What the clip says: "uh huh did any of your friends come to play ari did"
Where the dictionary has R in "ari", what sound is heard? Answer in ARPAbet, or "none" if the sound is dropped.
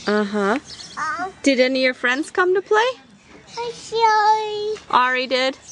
R